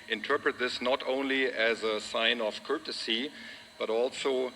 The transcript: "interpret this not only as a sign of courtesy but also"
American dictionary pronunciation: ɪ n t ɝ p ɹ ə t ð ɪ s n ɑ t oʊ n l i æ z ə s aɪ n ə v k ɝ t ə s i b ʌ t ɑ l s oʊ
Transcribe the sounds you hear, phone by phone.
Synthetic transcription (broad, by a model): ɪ n t ɝ p ɹ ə t ð ɪ s n ɑ t oʊ n l i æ z ə s aɪ n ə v k ɝ t ə s i b ʌ t ɑ l s oʊ